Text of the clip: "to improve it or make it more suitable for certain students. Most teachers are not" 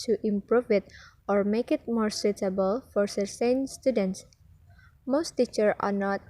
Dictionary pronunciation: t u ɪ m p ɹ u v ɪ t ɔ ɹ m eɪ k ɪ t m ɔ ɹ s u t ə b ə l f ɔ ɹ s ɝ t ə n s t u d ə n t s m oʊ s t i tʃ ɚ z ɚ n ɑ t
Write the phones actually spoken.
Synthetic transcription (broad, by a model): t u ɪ m p ɹ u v ɪ t ɔ ɹ m eɪ k ɪ t m ɔ ɹ s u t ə b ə l f ɔ ɹ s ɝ s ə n s t u d ə n t s m oʊ s t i tʃ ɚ ɑ n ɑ t